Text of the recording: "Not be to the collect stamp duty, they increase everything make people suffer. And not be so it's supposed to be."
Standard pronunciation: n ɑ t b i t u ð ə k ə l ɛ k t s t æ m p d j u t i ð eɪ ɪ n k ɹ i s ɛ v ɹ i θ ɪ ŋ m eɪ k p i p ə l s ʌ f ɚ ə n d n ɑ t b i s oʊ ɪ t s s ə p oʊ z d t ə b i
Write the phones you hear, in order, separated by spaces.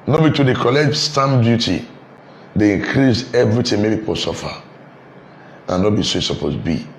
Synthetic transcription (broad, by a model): n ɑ b i t u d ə k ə l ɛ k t s t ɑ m d j u t i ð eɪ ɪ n k ɹ i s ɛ v ɹ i t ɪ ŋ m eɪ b p i p ə l s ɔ f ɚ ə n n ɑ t b i s oʊ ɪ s s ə p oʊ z b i